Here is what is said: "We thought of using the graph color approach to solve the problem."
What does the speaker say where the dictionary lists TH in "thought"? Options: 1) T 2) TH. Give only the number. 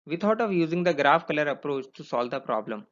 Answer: 1